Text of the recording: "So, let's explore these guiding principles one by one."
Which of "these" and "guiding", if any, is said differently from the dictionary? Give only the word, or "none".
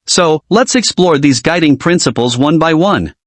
none